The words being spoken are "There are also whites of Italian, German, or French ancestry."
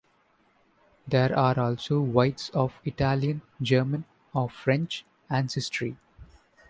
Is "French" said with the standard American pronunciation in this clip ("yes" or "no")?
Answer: yes